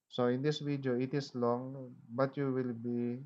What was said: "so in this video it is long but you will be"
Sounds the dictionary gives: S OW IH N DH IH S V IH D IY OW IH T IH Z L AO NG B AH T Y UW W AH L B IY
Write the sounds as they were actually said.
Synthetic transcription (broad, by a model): S OW IH N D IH S W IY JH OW IH T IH S L AO NG B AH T Y UW W AH L B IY